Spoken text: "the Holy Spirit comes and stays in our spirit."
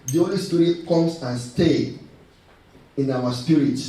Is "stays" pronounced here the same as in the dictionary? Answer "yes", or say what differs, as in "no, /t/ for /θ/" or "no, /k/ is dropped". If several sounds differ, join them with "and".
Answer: no, /z/ is dropped